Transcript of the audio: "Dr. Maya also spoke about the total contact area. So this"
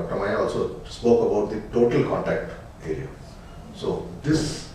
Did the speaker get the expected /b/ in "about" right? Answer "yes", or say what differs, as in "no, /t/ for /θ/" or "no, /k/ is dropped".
yes